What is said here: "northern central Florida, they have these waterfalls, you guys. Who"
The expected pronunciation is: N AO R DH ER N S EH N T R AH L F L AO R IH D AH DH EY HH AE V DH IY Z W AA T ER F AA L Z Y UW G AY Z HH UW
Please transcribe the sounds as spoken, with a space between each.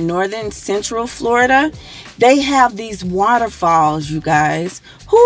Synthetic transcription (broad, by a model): N AO R DH ER N S EH N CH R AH L F L AO R IH D AH DH EY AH V DH IY Z W AA T ER F AA L Z Y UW G AY Z HH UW